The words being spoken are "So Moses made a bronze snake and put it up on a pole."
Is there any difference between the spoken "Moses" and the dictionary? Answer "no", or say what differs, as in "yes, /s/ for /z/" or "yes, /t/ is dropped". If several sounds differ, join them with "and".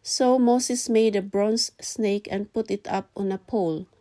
yes, /s/ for /z/